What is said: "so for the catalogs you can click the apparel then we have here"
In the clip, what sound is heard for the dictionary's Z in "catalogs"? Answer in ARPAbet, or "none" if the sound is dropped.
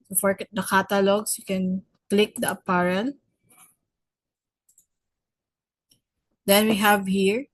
S